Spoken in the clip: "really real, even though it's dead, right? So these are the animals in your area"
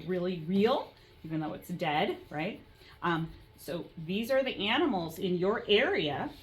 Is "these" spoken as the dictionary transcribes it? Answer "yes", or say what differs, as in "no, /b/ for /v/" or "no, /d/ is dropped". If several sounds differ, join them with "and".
yes